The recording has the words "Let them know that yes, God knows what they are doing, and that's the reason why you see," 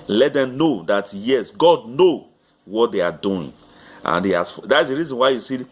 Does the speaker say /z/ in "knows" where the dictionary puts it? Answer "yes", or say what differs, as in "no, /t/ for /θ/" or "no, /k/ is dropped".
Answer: no, /z/ is dropped